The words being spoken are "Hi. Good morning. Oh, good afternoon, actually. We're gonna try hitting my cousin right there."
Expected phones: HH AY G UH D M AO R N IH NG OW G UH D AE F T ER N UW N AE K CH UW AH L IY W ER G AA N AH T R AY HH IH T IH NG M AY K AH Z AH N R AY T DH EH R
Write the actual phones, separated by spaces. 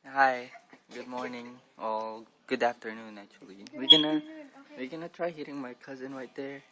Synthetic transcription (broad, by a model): HH AY G UH D M AO R N IH NG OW G UH D AE F T ER N UW N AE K CH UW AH W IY W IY G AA N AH T R AY HH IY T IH NG M AY K AH Z AH N R AY T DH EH R